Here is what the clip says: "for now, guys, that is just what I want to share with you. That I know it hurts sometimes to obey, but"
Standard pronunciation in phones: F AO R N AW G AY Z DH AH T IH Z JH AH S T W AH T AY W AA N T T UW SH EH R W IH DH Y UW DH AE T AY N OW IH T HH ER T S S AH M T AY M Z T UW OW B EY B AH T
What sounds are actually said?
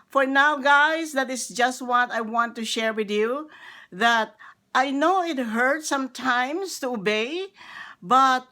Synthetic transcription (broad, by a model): F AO R N AW G AY S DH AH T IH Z JH AH S T W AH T AY W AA N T T UW SH EH R W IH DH Y UW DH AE T AY N OW IH T HH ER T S S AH M T AY M S T UW OW B EY B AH T